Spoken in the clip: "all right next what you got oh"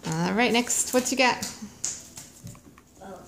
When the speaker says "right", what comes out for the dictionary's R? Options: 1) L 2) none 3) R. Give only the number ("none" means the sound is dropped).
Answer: 3